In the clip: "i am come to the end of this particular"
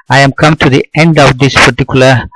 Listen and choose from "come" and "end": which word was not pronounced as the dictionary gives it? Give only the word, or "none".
none